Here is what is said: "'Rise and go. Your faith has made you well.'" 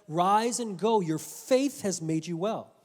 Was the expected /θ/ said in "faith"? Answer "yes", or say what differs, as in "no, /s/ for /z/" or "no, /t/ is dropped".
yes